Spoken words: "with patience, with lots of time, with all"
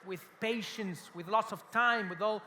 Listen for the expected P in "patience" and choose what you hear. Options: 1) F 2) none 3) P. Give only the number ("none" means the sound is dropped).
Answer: 3